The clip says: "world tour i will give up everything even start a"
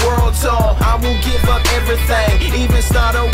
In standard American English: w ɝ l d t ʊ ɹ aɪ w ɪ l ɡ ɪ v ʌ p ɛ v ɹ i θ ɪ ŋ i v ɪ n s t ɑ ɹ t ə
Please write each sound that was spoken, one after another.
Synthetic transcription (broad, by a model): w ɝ l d s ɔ aɪ w ɪ l ɡ ɪ v ʌ p ɛ v ɹ i θ ɪ ŋ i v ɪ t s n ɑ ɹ t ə